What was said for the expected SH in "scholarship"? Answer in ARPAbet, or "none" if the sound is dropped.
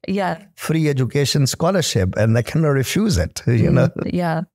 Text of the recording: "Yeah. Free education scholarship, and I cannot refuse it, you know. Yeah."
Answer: SH